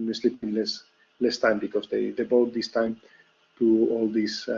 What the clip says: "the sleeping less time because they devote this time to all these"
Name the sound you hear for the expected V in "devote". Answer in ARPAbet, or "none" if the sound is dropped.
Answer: B